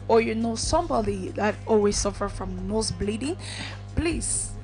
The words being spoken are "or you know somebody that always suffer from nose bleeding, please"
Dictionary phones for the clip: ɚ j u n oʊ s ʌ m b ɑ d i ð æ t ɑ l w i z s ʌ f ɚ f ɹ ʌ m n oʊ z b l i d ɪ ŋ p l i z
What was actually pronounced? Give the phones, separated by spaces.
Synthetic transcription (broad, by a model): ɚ j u n oʊ s ʌ m b ɑ d i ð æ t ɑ l w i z s ʌ f ɚ f ɹ ʌ m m oʊ s b l i d ɪ ŋ p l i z